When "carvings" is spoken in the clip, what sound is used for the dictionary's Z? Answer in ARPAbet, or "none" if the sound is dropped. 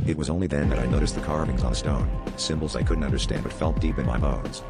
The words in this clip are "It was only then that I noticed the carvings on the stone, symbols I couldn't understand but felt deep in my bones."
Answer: Z